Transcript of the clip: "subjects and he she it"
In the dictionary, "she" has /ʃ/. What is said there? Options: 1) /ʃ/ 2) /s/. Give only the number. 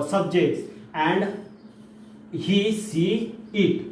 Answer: 2